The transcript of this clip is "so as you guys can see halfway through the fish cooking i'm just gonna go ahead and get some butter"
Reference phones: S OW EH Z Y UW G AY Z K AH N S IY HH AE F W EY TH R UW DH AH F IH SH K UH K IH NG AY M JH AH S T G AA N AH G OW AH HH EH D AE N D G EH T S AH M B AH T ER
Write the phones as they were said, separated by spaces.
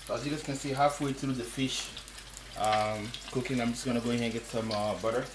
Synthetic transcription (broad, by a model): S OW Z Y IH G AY S K AH N S IY HH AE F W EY TH R UW DH AH F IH SH K UH K IH NG AY M JH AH S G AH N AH G OW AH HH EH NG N G EH T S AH M B AH T ER